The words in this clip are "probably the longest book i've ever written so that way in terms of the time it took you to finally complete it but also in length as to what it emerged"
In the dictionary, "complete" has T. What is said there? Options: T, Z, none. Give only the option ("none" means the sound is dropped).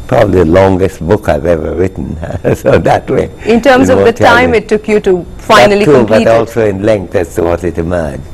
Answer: none